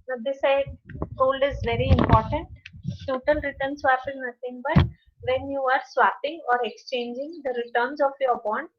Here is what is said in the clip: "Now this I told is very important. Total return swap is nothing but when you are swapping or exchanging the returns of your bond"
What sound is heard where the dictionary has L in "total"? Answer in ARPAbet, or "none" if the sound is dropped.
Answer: N